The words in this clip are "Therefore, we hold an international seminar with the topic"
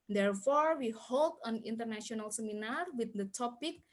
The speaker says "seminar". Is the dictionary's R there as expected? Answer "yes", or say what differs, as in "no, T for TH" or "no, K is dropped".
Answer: yes